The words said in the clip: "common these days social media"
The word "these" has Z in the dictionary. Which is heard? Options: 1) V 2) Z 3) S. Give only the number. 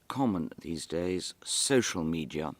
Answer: 2